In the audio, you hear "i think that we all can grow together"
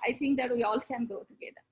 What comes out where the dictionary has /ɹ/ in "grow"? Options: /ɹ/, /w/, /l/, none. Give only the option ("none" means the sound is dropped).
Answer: none